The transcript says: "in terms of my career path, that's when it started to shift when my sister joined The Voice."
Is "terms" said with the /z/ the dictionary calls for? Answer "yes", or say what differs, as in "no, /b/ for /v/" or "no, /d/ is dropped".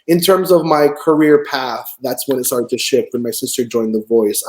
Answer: yes